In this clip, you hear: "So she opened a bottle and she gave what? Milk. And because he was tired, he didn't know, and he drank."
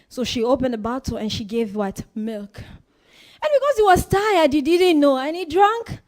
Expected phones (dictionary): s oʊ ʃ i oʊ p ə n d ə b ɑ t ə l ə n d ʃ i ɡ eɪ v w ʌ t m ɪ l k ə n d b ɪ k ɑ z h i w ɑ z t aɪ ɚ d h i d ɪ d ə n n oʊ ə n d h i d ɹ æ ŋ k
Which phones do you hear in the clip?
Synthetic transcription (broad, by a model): s oʊ ʃ i oʊ p ə n d ə b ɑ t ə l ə n ʃ i ɡ eɪ v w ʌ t m ɪ l k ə n b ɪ k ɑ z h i w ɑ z t aɪ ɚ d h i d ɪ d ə n n oʊ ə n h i d ɹ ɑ ŋ k